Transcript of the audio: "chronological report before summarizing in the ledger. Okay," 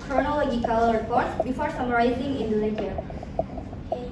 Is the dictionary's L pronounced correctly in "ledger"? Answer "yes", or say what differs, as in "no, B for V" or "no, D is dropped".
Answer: no, N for L